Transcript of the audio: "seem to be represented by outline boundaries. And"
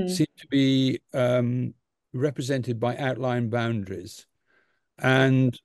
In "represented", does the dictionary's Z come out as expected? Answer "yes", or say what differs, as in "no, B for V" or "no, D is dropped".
yes